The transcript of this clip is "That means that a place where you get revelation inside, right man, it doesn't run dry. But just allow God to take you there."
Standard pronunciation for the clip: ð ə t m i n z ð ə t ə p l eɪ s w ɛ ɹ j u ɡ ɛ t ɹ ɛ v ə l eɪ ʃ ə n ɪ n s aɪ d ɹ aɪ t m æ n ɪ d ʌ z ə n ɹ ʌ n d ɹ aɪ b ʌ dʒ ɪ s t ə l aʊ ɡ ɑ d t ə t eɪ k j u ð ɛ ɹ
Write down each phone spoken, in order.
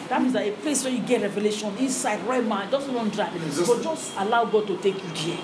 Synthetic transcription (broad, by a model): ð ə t m i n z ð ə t ə p l eɪ s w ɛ j u ɡ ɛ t ɹ ɛ v ə l eɪ ʃ ə n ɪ s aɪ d ɹ aɪ t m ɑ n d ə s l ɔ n d ɹ aɪ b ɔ dʒ ɪ s t ə l aʊ ɡ ɑ d t ə t eɪ k j u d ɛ